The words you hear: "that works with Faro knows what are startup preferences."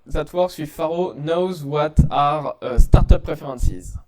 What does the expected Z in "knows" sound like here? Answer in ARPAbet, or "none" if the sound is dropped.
Z